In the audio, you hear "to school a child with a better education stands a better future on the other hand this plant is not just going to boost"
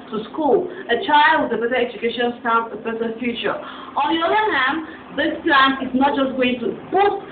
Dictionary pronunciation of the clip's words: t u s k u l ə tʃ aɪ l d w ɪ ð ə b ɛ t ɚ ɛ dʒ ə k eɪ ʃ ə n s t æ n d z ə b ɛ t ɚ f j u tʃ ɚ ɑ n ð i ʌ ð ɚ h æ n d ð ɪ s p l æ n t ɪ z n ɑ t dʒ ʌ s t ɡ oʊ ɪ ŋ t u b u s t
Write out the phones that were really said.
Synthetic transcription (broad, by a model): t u s k u l ə tʃ aɪ l d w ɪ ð ə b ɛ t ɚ ɛ dʒ ə k eɪ ʃ ə n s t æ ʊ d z ə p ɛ s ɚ f j u tʃ ɚ ɑ n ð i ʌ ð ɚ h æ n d ð ɪ s p l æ n ɪ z n ɑ t dʒ ʌ s t ɡ oʊ ɪ ŋ t u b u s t